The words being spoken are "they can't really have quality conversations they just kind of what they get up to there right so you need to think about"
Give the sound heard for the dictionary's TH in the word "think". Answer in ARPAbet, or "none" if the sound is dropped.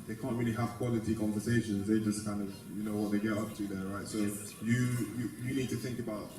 TH